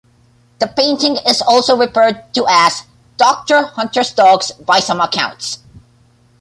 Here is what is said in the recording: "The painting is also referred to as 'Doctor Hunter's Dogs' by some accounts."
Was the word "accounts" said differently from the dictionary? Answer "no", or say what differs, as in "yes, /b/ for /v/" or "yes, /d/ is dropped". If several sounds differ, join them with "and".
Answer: no